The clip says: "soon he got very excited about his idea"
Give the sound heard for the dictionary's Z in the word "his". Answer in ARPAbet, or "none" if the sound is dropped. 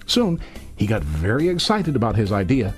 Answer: Z